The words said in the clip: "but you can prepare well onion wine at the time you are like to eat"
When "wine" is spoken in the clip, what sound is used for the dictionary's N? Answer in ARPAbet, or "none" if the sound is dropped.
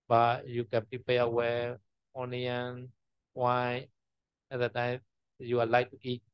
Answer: none